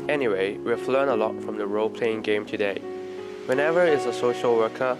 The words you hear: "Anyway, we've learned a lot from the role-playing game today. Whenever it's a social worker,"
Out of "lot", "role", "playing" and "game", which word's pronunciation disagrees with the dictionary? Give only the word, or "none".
none